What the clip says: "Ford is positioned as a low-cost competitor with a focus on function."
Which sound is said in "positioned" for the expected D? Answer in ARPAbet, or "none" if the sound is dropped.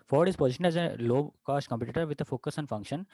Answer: none